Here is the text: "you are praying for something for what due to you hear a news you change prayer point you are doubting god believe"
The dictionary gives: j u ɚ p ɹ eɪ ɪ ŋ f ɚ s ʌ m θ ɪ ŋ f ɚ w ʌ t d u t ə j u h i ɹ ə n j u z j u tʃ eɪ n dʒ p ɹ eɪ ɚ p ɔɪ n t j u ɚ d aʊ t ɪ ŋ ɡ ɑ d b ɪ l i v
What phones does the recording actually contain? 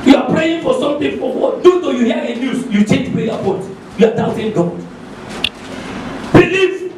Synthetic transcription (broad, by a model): j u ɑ p ɹ eɪ ɪ ŋ f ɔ s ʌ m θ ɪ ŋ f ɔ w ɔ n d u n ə j u h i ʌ ə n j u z j u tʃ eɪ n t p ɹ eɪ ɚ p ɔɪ t j u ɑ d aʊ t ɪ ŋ ɡ ɑ d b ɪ l i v